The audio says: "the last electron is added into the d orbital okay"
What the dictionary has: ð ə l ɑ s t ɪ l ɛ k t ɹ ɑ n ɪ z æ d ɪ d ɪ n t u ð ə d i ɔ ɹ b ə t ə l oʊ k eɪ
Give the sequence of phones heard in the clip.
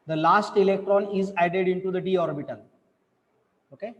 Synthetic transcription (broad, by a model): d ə l ɑ s t ɪ l ɛ k t ɹ ɑ n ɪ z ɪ d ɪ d ɪ n t u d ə d i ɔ ɹ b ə t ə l oʊ k eɪ